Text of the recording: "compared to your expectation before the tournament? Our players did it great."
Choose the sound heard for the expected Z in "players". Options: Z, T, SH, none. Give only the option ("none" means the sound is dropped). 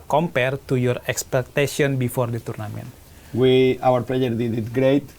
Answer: none